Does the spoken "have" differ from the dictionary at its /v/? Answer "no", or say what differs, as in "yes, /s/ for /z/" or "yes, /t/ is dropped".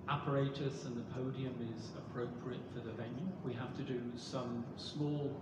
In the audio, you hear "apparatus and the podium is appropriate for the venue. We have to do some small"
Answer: yes, /f/ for /v/